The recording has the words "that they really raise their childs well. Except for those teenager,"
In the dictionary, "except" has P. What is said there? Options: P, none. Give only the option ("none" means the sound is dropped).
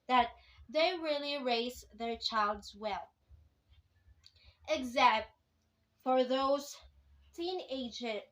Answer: none